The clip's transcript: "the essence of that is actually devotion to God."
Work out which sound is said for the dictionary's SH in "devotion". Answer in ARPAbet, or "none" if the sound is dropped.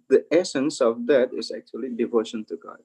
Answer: SH